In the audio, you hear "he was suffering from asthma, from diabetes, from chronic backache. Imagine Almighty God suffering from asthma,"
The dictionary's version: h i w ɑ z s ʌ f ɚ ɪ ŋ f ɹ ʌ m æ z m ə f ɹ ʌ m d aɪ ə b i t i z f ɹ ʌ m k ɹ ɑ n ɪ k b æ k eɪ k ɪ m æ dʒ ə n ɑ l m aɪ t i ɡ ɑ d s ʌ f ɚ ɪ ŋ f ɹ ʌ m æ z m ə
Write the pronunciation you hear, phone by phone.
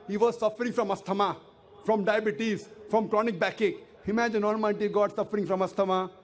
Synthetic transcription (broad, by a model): h i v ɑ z s ʌ f ɚ ɪ ŋ f ɹ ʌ m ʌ s m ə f ɹ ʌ m d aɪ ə b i t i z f ɹ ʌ m k ɹ ɑ n ɪ k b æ k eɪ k ɪ m æ dʒ ə n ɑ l m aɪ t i ɡ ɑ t s ʌ f ɚ ɪ ŋ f ɹ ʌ m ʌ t m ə